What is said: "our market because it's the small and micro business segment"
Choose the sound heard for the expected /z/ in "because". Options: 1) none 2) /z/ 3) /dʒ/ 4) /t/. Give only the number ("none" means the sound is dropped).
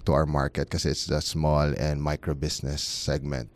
1